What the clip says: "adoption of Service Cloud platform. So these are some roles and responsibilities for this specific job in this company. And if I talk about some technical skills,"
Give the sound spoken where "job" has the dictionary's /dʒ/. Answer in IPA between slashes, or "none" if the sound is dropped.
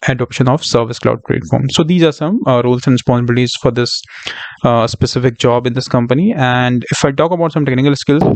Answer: /dʒ/